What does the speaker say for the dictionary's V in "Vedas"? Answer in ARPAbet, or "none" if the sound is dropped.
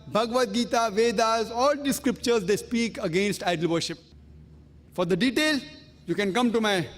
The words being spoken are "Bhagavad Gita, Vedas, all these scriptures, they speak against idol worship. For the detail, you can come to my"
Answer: V